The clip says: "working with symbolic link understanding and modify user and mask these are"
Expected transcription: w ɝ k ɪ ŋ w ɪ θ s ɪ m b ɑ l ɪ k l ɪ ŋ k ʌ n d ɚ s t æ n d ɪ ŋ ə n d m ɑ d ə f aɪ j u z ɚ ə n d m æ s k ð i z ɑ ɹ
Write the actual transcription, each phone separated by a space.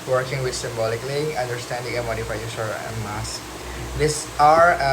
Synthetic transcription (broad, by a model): w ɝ k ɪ ŋ w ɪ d s ɪ m b ɑ l ɪ k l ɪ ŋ ʌ n d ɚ s t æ n d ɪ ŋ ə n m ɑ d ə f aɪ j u s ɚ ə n m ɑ s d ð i s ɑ ɹ